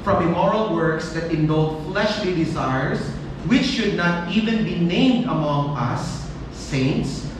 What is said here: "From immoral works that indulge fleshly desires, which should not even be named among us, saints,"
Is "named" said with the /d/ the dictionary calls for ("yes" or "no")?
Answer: yes